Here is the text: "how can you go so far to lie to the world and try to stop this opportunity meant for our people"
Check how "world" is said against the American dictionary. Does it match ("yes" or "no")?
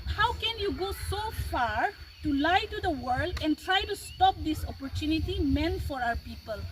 yes